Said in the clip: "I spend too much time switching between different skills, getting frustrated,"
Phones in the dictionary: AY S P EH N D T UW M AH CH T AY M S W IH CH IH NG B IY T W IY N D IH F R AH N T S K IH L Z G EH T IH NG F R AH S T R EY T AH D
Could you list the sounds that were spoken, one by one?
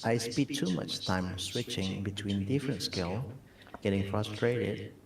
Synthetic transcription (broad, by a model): AY S P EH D T UW M AH CH T AY M S W IH CH IH NG B IY T W IY N D IH F R AH N T S K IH L G EH T IH NG F R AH S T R EY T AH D